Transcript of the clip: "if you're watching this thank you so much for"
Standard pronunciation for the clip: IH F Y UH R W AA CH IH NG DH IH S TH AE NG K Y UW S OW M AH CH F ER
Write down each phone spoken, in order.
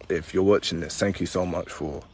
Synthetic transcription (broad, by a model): IH F Y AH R W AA CH IH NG DH IH S TH AE NG K Y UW S OW M AH CH F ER